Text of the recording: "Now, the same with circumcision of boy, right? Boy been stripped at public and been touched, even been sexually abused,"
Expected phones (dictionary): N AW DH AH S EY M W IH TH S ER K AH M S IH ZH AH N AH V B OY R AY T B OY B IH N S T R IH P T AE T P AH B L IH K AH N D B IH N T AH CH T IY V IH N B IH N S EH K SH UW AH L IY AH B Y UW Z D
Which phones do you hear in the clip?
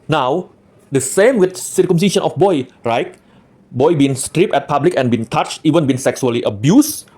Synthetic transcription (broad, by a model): N AW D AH S EY M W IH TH S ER K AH M S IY SH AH N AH F B OY R AY T B OY B IH N S T R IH P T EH T P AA B L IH K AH N B IH N T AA CH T IY V IH N B IH N S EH K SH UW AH L IY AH B Y UW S